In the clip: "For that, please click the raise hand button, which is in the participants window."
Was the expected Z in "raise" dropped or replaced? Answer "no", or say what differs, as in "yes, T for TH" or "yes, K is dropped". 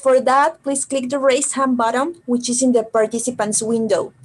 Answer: yes, S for Z